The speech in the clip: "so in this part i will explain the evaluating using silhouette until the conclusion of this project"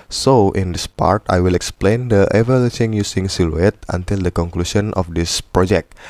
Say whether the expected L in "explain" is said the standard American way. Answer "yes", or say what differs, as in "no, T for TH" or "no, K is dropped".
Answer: yes